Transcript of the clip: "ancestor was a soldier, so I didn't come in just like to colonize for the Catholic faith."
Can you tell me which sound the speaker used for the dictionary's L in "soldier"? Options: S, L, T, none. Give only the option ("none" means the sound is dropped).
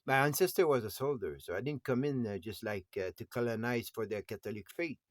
L